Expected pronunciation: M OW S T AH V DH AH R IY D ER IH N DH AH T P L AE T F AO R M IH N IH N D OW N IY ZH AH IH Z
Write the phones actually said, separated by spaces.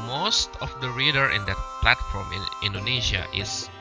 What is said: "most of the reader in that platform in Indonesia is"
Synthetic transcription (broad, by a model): M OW S T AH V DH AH R IY D ER IH N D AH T P L AE T F AO R M IH N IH N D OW N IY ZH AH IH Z